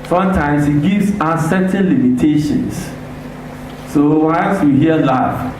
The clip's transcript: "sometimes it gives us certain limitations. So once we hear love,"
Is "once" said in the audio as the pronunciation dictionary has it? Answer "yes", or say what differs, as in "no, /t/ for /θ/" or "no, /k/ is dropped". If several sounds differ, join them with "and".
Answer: no, /l/ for /n/